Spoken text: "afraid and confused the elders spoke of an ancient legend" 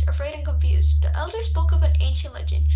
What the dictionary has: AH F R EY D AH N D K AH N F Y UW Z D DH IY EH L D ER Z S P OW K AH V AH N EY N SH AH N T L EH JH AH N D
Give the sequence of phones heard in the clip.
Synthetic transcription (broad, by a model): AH F R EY D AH N K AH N F Y UW Z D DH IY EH L D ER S B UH K AH V AH N EY N SH AH N T L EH JH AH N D